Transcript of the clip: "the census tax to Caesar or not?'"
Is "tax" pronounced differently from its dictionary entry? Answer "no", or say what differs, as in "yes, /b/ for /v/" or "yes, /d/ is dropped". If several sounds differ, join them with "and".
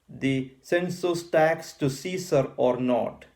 no